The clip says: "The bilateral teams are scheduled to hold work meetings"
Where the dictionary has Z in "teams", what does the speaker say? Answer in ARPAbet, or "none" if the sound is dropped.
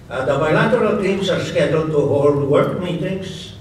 S